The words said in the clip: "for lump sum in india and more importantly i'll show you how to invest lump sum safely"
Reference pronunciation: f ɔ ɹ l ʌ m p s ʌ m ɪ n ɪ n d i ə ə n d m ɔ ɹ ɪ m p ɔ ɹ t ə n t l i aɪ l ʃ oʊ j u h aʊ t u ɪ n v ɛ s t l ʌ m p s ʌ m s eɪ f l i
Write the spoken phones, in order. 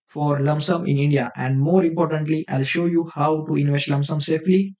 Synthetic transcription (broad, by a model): f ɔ ɹ l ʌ m s ʌ m ɪ n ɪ n d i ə ə n d m ɔ ɹ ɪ m p ɔ ɹ t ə n t l i aɪ l ʃ oʊ j u h aʊ t u ɪ n v ɛ s t l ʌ m s ʌ m s eɪ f l i